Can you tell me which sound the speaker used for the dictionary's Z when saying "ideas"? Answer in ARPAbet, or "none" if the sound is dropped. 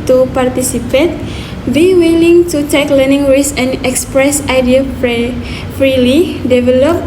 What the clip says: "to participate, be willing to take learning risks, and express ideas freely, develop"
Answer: none